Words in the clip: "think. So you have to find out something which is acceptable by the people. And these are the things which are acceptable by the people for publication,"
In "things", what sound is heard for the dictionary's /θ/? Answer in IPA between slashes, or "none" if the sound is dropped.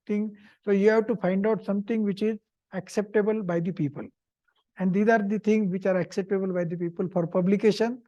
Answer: /t/